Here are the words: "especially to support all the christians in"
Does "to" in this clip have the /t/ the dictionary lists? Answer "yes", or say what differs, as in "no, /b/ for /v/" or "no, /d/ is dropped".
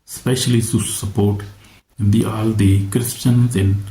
no, /s/ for /t/